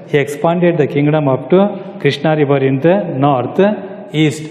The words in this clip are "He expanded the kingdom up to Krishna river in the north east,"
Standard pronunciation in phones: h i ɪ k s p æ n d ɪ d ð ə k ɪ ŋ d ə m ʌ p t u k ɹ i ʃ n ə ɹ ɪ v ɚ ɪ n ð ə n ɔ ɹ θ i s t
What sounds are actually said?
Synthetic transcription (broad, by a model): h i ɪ k s p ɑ n d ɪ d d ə k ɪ ŋ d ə m ʌ p t u k ɹ i ʃ n ə ɹ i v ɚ ɪ n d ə n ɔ ɹ t i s t